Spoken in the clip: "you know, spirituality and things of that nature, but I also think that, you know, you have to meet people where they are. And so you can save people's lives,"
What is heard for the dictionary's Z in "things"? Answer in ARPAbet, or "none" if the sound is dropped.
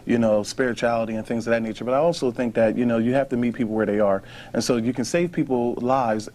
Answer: Z